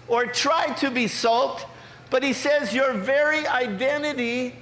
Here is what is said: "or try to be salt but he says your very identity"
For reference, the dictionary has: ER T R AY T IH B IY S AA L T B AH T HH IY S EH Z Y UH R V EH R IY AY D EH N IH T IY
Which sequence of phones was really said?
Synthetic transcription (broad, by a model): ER T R AY T IH B IY S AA L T B AH T HH IY S EH Z Y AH R V EH R IY AY D EH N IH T IY